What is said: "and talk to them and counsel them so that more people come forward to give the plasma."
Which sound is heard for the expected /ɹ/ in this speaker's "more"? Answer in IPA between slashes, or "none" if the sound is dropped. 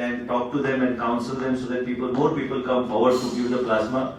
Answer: /ɹ/